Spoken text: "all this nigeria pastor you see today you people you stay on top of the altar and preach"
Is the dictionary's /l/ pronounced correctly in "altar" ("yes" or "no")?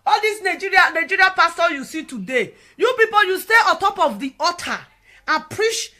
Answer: no